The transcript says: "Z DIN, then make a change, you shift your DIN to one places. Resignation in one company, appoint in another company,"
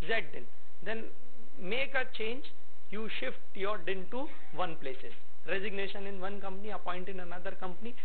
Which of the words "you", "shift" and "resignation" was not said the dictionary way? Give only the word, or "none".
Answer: none